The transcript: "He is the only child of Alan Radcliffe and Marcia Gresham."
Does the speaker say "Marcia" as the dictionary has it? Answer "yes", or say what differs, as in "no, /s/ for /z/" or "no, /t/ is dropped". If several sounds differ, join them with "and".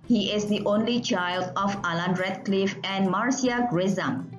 no, /s/ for /ʃ/